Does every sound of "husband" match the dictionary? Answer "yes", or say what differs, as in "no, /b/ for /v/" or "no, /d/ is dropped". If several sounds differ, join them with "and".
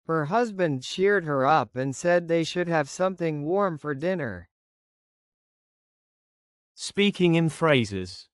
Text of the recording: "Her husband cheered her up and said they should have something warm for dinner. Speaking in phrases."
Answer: yes